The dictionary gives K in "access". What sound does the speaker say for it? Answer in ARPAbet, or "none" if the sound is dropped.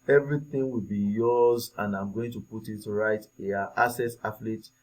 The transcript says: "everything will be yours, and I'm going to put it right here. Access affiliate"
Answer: none